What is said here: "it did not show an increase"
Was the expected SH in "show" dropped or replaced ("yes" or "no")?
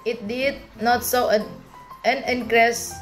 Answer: yes